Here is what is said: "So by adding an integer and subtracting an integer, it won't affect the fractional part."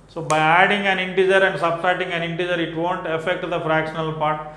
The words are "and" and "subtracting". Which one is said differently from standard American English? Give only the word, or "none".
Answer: subtracting